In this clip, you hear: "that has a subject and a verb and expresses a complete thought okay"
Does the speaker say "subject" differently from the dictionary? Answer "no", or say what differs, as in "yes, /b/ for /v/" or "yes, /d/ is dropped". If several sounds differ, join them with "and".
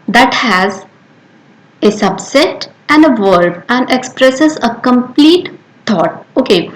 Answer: yes, /k/ is dropped